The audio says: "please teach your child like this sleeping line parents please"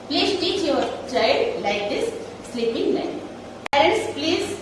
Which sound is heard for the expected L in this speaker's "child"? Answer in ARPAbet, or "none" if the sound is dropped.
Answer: none